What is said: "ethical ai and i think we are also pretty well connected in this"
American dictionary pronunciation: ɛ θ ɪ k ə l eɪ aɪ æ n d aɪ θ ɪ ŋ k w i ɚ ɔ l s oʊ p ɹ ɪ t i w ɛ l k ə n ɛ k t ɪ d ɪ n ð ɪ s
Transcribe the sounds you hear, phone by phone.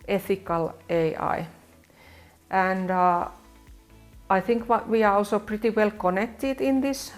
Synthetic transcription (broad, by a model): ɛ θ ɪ k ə l eɪ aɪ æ n d aɪ θ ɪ ŋ k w i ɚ ɔ l s oʊ p ɹ ɪ t i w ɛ l k ə n ɛ k t ɪ d ɪ n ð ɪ s